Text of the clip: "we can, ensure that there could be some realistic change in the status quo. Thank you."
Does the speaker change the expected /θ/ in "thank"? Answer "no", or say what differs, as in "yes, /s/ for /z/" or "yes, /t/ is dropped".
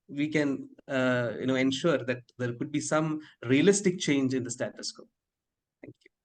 yes, /t/ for /θ/